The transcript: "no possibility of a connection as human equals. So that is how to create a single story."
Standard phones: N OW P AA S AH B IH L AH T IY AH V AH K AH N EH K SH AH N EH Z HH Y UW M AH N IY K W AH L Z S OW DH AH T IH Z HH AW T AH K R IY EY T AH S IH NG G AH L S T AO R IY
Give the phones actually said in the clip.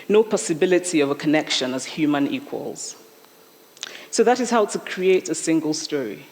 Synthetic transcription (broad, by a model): N OW P AA S AH B IH L AH T IY AH V AH K AH N EH K SH AH N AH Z HH Y UW M AH N IY K W AH L Z S OW DH AH T IH Z HH AW T AH K R IY EY T AH S IH NG G AH L S T AO R IY